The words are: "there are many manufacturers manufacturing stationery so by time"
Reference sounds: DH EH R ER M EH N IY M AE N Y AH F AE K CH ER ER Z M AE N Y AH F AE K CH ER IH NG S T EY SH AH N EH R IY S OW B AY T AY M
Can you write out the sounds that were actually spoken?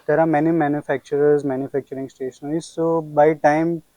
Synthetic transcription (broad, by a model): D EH R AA M EH N IY M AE N Y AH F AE K CH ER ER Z M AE N Y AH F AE K CH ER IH NG S T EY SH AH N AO IY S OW B AY T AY M